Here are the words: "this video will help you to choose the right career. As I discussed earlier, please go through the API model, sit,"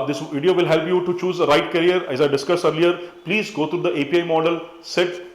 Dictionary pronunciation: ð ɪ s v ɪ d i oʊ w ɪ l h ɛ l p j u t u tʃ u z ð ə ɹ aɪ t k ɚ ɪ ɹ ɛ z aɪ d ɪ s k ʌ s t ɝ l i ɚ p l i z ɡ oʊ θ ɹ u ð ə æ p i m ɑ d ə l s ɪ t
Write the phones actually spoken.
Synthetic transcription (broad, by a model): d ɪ s v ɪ d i oʊ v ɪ l h ɛ l p j u t u tʃ u z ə ɹ aɪ t k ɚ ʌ ɹ ɛ z aɪ d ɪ s k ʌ s ɝ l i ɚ p l i z ɡ oʊ t ɹ u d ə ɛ p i m ɑ d ə l s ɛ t